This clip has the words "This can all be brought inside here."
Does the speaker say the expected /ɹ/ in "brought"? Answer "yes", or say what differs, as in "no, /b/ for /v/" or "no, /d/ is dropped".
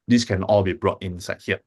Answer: yes